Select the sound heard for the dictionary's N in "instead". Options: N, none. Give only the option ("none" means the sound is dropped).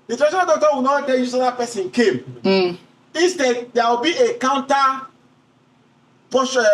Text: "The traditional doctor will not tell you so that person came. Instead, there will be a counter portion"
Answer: none